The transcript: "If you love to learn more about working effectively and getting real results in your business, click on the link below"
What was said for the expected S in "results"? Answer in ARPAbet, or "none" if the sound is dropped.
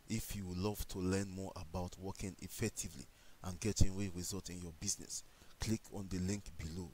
none